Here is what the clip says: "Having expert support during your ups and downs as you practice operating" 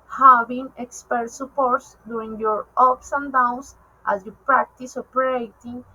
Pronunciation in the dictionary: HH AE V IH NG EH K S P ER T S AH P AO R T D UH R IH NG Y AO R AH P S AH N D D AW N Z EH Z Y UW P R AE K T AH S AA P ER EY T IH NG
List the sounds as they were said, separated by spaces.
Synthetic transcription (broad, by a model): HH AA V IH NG EH K S P ER T S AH P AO R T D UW IH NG Y AO R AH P S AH N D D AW N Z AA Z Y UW P R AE K T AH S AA P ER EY T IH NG